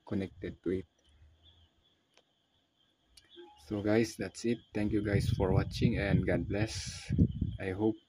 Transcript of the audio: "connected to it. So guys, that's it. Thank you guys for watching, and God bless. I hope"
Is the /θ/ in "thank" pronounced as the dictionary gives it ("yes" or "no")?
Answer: no